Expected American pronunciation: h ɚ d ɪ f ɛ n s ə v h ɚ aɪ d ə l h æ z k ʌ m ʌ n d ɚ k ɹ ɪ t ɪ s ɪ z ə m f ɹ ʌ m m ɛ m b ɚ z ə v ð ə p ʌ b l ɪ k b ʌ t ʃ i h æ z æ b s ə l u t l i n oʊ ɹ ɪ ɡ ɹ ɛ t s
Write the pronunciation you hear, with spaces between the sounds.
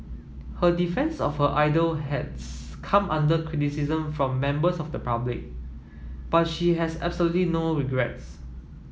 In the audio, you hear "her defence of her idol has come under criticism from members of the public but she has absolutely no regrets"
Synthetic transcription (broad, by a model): h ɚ d ɪ f ɛ n s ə f h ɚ aɪ d ə l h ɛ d k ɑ m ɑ n d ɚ k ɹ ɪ t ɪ s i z ə m f ɹ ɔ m m ɛ m b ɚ s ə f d ə p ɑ b l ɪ k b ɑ t ʃ i h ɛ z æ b s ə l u t l i n oʊ ɹ ɪ ɡ ɹ ɛ t s